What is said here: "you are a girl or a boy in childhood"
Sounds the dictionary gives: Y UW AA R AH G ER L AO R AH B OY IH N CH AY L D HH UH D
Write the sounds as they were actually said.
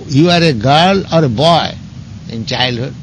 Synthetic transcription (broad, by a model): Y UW AA R AH G ER L AO R AH B OY IH N CH AY L D HH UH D